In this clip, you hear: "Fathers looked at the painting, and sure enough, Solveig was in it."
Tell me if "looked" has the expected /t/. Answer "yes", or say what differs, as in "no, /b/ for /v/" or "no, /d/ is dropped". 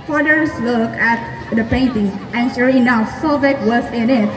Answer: no, /t/ is dropped